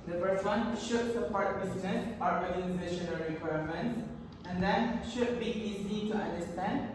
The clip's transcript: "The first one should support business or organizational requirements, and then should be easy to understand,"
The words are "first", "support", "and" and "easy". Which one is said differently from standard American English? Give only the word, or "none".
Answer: first